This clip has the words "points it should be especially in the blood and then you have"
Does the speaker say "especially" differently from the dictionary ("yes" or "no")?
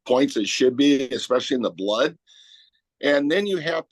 no